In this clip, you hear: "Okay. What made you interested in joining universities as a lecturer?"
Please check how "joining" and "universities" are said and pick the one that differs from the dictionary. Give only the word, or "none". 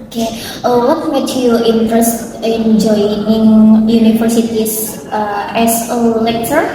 universities